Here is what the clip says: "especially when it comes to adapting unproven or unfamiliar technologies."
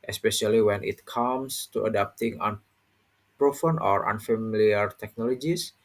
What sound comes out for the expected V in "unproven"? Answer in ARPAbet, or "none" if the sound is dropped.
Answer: F